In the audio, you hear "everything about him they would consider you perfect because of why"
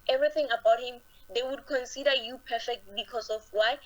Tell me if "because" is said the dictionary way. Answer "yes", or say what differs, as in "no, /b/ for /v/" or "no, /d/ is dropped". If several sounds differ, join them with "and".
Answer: no, /s/ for /z/